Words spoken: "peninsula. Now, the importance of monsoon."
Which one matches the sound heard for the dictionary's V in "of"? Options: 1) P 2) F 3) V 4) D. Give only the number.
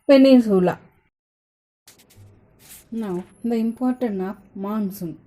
1